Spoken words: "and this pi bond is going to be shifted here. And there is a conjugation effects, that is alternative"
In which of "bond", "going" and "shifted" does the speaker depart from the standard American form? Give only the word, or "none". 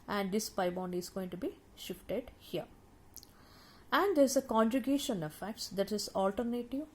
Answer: none